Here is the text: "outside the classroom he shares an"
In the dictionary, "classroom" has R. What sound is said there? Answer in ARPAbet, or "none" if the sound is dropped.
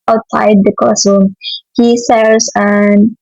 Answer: none